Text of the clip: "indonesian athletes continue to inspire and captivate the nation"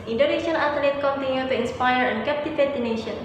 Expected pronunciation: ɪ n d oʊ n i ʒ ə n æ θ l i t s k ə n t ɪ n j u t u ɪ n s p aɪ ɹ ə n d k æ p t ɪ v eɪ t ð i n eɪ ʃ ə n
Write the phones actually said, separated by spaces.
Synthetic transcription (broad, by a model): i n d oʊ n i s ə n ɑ t l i t k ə n t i n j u t u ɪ n s p aɪ ɹ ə n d k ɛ p t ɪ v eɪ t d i n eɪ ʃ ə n